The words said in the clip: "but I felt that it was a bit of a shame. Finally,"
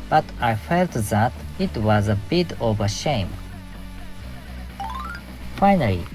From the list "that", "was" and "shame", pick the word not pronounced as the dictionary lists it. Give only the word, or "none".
none